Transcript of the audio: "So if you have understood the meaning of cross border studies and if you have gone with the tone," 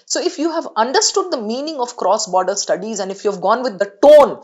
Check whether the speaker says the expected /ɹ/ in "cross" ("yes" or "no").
yes